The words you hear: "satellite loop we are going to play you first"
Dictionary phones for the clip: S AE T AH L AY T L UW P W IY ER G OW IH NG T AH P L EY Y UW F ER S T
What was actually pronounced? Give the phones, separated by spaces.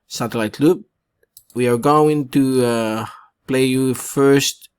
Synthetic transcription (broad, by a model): S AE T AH L AY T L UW B W IY ER G OW IH NG T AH P L EY Y UW F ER S T